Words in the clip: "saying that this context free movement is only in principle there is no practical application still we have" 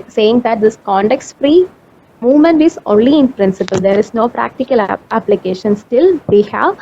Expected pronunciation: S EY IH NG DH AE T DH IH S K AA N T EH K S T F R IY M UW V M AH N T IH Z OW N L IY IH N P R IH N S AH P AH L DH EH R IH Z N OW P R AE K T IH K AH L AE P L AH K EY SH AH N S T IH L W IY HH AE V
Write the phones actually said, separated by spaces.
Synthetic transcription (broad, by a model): S EY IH NG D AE T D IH S K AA N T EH K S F R IY M UW V M AH N T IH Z OW N L IY IH N P R IH N S AH P AH L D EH R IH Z N OW P R AE K T IH K AH L AE P L AH K EY SH AH N S T IH L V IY HH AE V